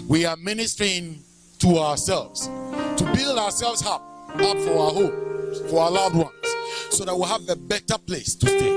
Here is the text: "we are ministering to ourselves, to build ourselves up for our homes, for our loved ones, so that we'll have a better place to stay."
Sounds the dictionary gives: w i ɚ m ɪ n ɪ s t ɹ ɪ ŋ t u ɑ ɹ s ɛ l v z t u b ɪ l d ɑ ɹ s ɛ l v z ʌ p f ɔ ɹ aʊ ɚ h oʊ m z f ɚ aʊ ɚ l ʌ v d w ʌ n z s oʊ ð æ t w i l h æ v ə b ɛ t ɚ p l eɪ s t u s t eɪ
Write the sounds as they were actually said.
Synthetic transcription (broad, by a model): w i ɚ m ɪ n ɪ s t ɹ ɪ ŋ t u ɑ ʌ s ɛ l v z t u b ɪ l d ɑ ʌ s ɛ l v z ʌ p f ɔ ɹ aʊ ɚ h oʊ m f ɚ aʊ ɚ l ʌ v d w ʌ n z s oʊ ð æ t w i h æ v ə b ɛ t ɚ p l eɪ s t u s t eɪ